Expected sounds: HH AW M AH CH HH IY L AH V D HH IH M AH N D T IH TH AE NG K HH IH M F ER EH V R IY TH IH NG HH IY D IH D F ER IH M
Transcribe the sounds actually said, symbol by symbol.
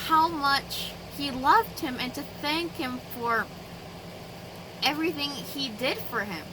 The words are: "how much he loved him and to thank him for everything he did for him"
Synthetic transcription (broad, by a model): HH AW M AH CH HH IY L AH V D HH IH M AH N T IH TH AE NG K HH IH M F ER EH V R IY TH IH NG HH IY D IH D F ER IH M